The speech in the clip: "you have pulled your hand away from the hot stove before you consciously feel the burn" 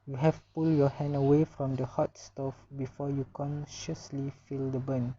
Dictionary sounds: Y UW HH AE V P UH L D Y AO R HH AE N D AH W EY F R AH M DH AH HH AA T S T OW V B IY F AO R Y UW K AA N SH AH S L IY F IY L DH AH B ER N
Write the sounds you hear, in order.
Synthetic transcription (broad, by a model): Y UW HH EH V P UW L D Y AO HH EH N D AH W EY F R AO M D AH HH AA T S T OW F B IY F AO Y UW K AA N SH AH S L IY F IY L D AH B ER N